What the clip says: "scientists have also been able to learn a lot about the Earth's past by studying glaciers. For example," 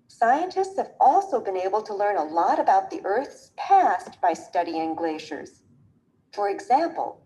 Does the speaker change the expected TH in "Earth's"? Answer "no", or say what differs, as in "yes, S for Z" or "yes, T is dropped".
no